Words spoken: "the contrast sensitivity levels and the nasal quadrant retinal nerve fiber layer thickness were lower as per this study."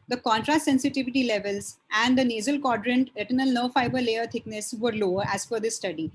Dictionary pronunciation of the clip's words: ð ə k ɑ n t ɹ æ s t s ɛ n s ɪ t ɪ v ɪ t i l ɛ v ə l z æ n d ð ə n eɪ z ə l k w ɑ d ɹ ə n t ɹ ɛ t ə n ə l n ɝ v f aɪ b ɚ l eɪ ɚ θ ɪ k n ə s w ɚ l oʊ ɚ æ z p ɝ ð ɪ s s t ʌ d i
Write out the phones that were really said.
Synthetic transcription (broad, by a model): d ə k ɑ n t ɹ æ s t s ɛ n s ɪ t ɪ v ɪ t i l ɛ v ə l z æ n d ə n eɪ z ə l k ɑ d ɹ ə n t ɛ t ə n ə l n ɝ f aɪ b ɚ l eɪ ɚ t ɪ k n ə s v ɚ l oʊ ɚ æ z f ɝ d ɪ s s t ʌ d i